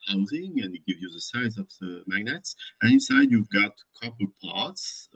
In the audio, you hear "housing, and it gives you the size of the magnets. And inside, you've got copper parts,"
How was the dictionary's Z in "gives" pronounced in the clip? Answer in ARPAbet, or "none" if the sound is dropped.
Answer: none